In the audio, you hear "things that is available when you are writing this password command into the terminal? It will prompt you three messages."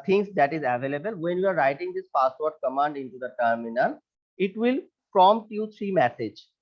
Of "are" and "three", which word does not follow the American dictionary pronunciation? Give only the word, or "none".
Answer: three